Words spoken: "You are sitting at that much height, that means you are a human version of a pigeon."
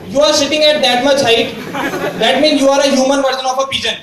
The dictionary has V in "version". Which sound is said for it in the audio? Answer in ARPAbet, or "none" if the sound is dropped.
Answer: P